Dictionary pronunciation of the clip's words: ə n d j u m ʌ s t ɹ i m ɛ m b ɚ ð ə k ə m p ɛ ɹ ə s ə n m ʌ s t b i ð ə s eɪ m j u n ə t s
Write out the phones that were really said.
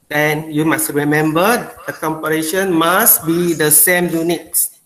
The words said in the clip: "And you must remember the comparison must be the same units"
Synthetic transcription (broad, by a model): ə n j u m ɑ s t ɹ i m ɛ m b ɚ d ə k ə m p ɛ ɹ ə ʃ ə n m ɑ s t b i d ə s eɪ m j u n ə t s